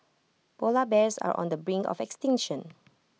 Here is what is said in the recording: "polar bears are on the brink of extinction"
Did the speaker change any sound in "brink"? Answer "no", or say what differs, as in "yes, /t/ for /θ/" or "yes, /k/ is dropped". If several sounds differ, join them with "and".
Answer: yes, /k/ is dropped